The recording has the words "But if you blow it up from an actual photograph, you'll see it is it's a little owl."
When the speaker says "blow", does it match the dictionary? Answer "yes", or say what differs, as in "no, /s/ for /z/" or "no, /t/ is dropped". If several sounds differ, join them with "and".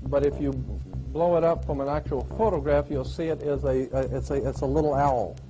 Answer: yes